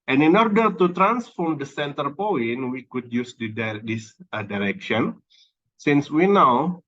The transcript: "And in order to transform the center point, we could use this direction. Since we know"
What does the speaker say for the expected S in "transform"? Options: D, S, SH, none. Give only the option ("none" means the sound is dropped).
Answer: S